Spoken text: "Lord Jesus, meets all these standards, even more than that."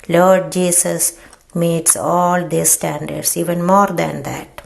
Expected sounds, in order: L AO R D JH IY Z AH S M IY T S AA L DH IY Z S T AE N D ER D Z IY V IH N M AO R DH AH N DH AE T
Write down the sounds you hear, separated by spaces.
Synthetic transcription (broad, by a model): L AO R D JH IY S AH S M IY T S AA L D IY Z S T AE N D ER D S IY V IH N M AO R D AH N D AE T